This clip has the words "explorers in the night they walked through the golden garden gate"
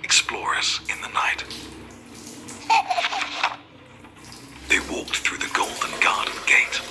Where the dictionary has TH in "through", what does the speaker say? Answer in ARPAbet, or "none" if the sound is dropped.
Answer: TH